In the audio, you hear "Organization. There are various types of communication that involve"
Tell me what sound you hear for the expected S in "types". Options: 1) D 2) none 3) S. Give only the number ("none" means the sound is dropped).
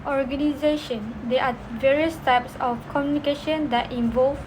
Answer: 3